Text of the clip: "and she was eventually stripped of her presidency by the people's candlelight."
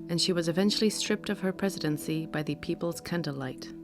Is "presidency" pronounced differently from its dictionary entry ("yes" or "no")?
no